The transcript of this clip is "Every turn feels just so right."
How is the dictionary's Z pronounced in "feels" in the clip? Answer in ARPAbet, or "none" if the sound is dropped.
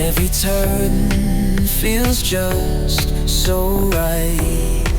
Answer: Z